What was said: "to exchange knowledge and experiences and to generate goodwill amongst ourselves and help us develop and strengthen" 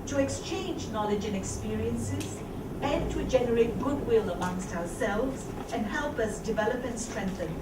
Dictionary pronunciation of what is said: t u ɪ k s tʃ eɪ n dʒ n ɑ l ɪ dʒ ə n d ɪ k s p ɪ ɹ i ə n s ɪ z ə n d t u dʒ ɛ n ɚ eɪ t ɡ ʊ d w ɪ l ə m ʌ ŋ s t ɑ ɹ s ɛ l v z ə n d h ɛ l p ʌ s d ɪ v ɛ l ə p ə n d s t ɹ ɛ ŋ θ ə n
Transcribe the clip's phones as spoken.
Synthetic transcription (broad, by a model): t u ɪ k s tʃ eɪ n dʒ n ɑ l ɪ dʒ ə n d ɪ k s p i ɹ i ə n s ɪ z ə n t u dʒ ɛ n ɚ eɪ t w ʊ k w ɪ l ə m ʌ ŋ s t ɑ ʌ s ɛ l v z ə n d h ɛ l p ʌ s d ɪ v ɛ l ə p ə n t s t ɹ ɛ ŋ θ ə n